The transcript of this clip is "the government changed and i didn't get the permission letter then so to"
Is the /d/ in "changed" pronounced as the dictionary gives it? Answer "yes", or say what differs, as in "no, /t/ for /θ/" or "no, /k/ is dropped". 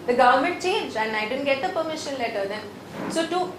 no, /d/ is dropped